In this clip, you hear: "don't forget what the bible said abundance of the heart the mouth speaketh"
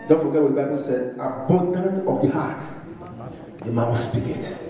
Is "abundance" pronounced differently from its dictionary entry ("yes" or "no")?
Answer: yes